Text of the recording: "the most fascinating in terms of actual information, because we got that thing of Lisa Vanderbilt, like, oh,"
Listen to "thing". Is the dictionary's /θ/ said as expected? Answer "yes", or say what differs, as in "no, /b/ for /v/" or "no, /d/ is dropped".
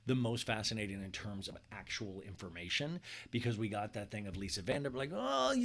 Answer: yes